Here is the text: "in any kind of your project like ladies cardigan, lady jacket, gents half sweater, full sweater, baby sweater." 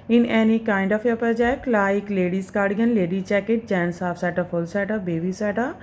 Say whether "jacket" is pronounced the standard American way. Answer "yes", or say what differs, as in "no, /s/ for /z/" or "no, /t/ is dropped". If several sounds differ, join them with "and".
no, /tʃ/ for /dʒ/